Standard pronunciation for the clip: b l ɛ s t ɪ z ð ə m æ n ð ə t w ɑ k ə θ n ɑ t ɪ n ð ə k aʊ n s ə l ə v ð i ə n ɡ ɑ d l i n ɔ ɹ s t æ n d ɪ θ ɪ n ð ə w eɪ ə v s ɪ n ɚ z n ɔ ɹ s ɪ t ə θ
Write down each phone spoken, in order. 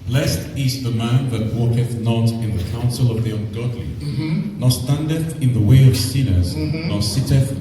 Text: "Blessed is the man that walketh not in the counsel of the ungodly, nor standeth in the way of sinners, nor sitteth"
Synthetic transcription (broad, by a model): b l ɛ s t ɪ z ð ə m æ n ð ə t w ɑ k ə θ n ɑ t ɪ n ð ə k aʊ n s ə l ə v ð i ə n ɡ ɑ d l i n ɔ s t æ n d ɪ θ ɪ n ð ə w eɪ ə v s ɪ n ɚ z n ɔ s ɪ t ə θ